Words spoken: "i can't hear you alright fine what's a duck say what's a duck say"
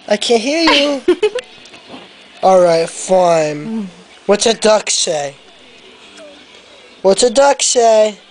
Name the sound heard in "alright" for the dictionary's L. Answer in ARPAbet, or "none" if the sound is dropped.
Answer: L